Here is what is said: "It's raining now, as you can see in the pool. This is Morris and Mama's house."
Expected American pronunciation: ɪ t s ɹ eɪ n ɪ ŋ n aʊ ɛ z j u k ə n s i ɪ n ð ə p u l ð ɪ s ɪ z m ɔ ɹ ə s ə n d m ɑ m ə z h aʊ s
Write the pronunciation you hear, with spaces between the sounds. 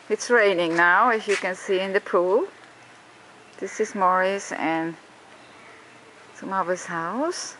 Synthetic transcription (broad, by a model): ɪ t s ɹ eɪ n ɪ ŋ n aʊ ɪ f j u k ə n s i ɪ n ð ə p u l ð ɪ s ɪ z m ɔ ɹ ə s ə n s m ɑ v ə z h aʊ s